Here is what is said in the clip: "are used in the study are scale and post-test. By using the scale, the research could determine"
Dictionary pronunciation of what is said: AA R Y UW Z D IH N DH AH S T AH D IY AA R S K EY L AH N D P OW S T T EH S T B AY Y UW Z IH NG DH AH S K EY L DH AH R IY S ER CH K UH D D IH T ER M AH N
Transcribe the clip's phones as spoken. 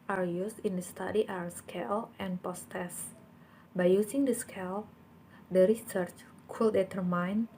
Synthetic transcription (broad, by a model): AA R Y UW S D IH N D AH S T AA D IY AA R S K EY L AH N P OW S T T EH S B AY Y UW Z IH NG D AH S K EY L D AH R IY S ER CH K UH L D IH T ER M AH N